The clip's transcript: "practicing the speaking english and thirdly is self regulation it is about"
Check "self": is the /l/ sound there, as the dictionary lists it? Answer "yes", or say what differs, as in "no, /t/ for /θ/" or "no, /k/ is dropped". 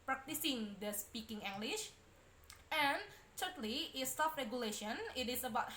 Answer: no, /l/ is dropped